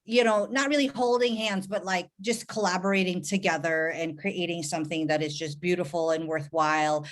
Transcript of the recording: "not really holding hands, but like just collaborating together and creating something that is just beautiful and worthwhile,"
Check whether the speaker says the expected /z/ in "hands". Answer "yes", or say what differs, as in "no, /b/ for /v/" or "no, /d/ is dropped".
yes